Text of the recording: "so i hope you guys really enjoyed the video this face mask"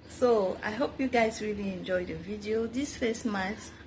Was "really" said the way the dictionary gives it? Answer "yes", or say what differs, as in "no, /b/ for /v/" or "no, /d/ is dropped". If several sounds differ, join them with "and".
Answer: yes